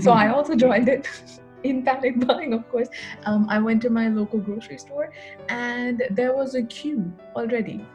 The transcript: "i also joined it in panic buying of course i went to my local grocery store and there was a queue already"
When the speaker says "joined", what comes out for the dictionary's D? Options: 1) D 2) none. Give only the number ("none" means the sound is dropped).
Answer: 1